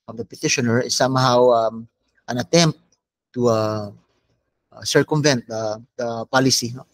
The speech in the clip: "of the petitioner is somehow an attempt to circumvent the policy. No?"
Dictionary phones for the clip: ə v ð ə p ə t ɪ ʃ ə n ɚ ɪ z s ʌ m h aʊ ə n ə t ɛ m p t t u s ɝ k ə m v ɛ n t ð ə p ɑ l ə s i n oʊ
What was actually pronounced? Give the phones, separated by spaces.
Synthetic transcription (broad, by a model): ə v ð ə p ə t ɪ ʃ ə n ɚ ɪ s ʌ m h aʊ ə n ə t ɛ m p t t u s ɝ k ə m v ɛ n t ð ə p ɑ l ə s i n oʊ